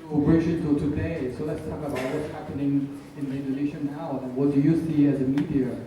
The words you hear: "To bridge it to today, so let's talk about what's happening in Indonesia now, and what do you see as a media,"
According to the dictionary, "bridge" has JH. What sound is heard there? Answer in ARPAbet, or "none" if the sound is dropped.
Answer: SH